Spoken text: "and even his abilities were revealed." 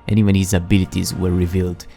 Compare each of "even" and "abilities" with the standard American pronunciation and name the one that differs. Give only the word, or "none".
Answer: even